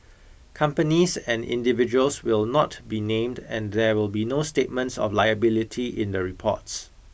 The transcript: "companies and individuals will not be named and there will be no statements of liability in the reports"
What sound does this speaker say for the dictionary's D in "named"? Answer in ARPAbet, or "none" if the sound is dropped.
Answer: D